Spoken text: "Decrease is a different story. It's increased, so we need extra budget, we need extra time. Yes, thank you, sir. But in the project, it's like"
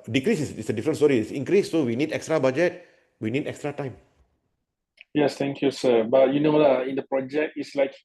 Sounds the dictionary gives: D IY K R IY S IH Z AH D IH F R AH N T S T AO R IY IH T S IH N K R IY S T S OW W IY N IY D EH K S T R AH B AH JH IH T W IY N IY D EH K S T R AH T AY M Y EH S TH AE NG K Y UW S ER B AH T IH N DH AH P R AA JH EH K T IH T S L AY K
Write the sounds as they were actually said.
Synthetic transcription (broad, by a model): D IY K R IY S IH S AH D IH F R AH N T S T AO R IY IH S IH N K R IY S S OW W IY N IY D EH K S T R AH B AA JH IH T W IY N IY D EH K S T R AH T AY M Y EH S T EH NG K Y UW S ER B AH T IH N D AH P R AA JH EH K T IH T S L AY K